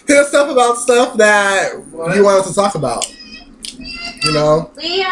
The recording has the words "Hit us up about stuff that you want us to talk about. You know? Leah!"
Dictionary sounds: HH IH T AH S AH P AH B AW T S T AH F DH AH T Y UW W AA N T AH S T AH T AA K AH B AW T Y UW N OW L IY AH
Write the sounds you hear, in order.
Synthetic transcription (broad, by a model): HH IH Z S AH F AH B AW T S T AH F DH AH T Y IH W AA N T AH T AH T AA K AH B AW T Y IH N OW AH